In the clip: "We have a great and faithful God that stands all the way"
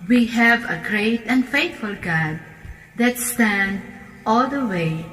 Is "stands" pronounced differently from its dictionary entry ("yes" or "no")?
yes